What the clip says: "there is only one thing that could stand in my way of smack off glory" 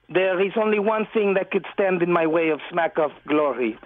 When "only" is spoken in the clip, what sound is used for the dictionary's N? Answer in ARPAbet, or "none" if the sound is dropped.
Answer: N